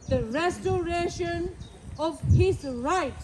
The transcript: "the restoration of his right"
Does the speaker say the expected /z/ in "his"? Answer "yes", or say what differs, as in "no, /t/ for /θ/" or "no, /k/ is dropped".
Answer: no, /s/ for /z/